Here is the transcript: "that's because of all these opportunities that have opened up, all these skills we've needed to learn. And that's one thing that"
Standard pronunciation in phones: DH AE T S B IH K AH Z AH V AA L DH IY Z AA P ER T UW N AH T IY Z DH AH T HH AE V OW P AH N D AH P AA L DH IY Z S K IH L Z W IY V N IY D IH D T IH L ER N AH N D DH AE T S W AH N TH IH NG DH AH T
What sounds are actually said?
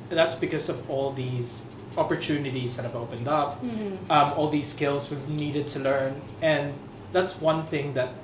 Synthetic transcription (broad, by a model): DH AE T S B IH K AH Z AH V AA L DH IY Z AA P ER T UW N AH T IY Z DH AH T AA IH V OW P AH N D AH P AA L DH IY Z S K IH L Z W IY V N IY D IH D T IH L ER N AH N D DH AE T S W AH N TH IH NG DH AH T